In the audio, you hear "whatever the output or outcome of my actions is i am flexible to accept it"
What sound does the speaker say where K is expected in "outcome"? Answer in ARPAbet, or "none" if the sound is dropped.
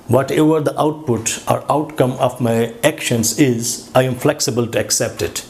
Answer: K